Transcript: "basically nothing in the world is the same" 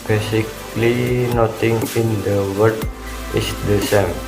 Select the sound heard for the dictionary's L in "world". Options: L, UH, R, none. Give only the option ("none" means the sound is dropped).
none